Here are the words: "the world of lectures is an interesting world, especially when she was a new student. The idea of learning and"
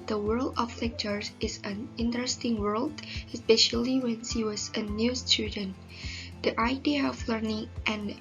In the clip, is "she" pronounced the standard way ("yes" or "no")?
no